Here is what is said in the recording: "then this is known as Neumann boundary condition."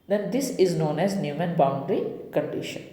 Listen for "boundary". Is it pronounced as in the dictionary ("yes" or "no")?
yes